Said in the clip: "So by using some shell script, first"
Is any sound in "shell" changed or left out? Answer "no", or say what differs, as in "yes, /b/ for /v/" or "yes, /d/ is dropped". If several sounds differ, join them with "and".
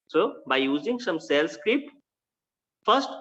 yes, /s/ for /ʃ/